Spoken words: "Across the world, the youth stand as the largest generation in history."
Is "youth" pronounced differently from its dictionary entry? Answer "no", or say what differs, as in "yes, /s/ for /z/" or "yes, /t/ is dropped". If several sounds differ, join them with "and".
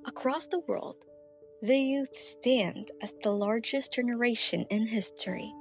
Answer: no